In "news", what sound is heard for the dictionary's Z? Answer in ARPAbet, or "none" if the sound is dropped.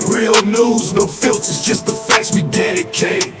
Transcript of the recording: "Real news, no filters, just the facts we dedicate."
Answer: Z